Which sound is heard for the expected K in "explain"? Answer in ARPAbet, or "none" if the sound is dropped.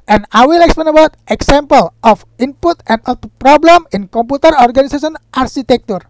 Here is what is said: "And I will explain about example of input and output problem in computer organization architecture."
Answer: K